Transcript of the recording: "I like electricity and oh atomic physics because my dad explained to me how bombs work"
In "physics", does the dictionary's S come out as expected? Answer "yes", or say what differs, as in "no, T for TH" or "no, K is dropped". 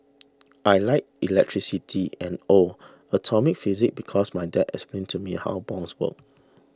no, S is dropped